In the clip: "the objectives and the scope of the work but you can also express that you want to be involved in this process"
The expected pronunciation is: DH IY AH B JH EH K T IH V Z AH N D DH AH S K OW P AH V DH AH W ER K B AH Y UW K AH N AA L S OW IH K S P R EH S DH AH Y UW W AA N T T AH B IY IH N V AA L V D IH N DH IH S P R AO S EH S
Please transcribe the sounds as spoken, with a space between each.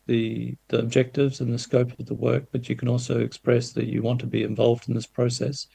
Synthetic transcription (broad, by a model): DH IY AH B JH EH K T IH V Z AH N DH AH S K OW P AH V DH AH W ER K B AH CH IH K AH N AA L S OW IH K S P R EH S DH AH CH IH W AA N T T AH B IY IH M V AA L V D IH N DH IH S P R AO S EH S